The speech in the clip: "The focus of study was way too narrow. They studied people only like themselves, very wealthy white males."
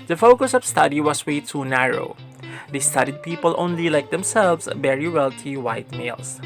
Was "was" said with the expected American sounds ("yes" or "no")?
no